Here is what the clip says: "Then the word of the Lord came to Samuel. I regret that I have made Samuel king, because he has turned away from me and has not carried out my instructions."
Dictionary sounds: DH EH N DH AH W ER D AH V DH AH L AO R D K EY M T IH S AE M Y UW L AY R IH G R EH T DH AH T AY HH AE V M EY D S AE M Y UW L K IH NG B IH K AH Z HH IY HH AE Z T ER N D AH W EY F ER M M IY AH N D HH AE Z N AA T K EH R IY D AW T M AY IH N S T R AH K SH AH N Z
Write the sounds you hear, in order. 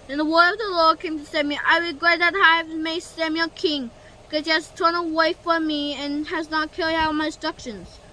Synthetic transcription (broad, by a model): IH N DH AH W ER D AH V DH AH L AO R D K EY M T IH S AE M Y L AY R IH G R EH T DH AH T HH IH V M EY S AE M Y UW L K IH NG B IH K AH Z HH IY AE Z T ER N AH W EY F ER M M IY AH N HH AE Z N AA T K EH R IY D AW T M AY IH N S T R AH K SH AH N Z